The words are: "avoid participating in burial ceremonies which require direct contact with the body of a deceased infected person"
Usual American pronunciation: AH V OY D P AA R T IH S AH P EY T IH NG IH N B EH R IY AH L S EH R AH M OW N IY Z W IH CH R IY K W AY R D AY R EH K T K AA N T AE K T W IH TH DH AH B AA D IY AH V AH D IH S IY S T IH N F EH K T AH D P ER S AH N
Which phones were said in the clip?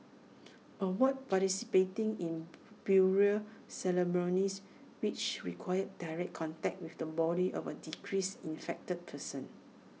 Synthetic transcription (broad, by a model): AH W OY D P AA T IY S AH P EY T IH NG IH N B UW R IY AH S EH L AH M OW N IY S W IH CH R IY K W AY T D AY R EH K K AA N T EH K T W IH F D AH B AA D IY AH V AH D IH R IY S IH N F EH K T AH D P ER S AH N